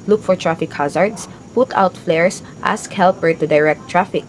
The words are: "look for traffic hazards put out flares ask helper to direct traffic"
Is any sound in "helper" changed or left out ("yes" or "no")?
no